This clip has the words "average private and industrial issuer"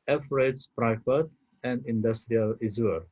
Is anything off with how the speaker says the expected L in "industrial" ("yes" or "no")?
no